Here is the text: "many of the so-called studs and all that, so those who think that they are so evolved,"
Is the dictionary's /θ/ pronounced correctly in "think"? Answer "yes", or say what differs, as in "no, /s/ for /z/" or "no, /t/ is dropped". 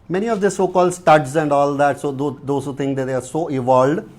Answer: no, /t/ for /θ/